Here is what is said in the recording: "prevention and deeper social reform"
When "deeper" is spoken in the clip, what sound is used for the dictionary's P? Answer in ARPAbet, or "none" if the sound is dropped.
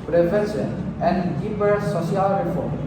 B